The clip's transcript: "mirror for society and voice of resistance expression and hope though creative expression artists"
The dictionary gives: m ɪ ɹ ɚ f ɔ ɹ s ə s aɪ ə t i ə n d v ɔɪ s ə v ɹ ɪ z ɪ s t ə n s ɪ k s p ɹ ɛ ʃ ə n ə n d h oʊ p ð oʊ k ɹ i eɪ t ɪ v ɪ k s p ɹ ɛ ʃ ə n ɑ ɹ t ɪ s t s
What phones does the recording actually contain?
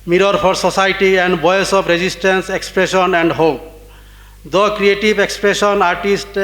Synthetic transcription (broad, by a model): m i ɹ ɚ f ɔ ɹ s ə s aɪ t i ə n d b ɔɪ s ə p ɹ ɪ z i s t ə n s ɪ k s p ɹ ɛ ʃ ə n ə n d h oʊ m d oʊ k ɹ i eɪ t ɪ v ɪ k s p ɹ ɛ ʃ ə n ɑ ɹ t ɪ s t